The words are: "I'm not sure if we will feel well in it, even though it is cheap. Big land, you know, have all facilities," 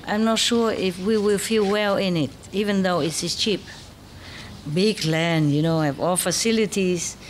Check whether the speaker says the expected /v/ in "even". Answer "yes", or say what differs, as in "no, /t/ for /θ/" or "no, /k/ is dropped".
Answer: yes